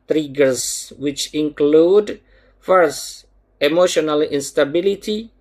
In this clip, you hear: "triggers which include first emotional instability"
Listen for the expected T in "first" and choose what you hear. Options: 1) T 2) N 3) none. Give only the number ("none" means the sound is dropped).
3